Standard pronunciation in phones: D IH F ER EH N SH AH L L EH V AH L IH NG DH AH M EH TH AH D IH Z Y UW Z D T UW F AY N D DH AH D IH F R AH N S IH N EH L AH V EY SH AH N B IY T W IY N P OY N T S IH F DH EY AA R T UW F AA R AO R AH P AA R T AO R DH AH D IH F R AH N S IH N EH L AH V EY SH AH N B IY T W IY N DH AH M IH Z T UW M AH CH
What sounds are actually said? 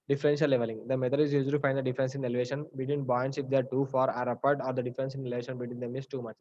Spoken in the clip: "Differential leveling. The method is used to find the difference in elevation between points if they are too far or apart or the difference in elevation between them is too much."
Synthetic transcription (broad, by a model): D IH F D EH N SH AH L L EH V AH L IH NG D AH M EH T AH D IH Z Y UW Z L T UW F AY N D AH D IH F R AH N S IH N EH L V EY SH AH N B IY T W IY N B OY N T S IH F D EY AA R T UW F AA R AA R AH P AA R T AO R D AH D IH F R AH N S IH N EH L AH V EY SH AH N B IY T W IY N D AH M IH S T UW M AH CH